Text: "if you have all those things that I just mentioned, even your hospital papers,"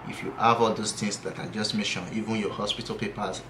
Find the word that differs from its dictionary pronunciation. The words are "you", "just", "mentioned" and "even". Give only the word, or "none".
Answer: mentioned